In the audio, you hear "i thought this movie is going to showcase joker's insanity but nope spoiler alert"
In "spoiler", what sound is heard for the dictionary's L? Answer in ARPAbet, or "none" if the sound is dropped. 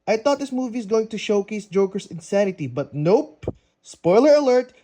L